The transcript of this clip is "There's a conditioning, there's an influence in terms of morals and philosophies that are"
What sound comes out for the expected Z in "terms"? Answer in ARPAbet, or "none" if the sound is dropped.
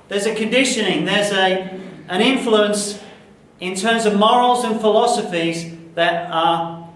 Z